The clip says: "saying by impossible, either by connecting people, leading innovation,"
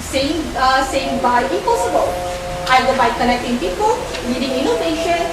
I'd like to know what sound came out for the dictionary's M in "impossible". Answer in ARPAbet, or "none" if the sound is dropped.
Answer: none